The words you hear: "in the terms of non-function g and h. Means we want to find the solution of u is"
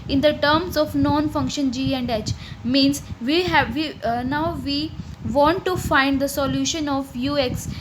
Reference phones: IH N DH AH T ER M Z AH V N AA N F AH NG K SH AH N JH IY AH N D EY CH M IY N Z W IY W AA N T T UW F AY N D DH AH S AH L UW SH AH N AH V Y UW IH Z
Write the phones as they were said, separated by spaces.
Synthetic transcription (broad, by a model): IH N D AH T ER M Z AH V N AA N F AH NG K SH AH N JH IY AH N D EY CH M IY N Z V IY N AA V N T UW F AY N D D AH S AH L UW SH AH N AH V Y UW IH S